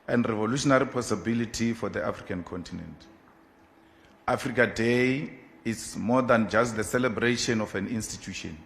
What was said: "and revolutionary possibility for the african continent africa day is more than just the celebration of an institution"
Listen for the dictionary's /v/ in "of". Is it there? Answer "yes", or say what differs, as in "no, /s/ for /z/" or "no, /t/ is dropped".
no, /f/ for /v/